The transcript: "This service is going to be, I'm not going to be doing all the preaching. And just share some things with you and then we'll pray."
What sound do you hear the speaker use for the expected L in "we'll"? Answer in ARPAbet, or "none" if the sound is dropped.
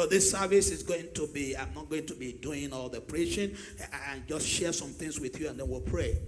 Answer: L